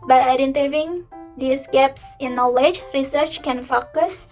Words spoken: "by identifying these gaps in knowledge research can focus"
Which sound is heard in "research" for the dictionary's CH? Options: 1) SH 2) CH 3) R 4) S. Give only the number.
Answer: 2